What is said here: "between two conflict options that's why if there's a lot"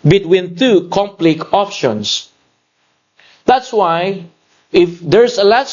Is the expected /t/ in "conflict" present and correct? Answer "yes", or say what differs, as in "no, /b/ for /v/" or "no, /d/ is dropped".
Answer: no, /t/ is dropped